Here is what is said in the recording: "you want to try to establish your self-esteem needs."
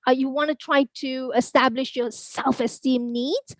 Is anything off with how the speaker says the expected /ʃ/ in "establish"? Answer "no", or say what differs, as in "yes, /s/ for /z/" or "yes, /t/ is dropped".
no